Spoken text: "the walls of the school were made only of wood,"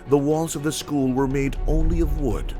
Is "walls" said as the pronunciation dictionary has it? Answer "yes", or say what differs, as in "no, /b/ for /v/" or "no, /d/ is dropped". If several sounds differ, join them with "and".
yes